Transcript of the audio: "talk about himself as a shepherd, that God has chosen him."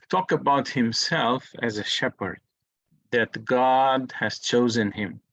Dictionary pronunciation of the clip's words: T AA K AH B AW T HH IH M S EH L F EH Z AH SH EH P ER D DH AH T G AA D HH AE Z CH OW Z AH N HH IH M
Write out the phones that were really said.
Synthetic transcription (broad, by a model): T AA K AH B AW T HH IH M S EH L F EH Z AH SH EH P ER D DH AH T G AA D HH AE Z CH OW Z AH N HH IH M